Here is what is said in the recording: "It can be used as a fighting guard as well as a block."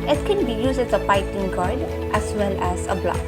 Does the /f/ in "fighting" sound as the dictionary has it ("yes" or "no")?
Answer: no